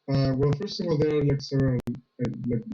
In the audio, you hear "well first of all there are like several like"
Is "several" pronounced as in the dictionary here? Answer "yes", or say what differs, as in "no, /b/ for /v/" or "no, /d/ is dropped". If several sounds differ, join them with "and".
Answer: no, /v/ is dropped and /n/ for /l/